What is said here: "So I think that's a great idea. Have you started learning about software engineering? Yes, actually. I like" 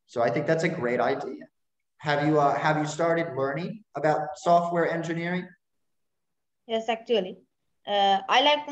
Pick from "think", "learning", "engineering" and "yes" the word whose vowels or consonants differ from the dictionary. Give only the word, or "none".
none